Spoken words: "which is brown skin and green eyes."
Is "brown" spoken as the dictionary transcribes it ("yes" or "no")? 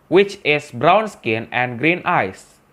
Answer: yes